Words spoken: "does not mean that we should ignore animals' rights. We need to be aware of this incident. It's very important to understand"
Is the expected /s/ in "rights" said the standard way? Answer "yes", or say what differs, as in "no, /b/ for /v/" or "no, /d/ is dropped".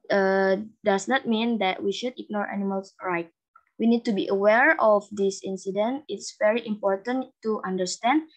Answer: no, /s/ is dropped